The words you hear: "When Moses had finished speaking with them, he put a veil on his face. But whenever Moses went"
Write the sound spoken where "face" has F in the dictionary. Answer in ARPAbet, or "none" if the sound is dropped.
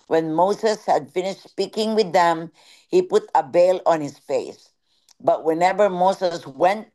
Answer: F